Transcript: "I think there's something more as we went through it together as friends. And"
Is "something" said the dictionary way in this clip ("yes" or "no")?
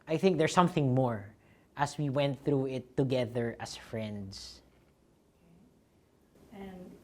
yes